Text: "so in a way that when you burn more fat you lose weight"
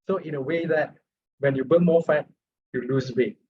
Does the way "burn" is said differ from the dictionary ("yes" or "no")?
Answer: yes